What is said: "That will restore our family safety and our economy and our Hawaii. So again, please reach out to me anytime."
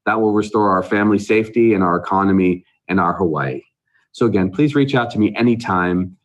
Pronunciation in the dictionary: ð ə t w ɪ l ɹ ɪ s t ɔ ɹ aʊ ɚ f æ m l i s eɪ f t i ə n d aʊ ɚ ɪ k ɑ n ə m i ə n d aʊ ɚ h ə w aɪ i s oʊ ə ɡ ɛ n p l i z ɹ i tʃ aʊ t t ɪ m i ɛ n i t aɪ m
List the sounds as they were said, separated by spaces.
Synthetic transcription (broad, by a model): ð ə t w ɪ l ɹ ɪ s t ɔ ɹ aʊ ɚ f æ m l i s eɪ f t i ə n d aʊ ɚ ɪ k ɑ n ə m i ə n aʊ ɚ h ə w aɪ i s oʊ ə ɡ ɛ n p l i z ɹ i tʃ aʊ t t ɪ m i ɛ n i t aɪ m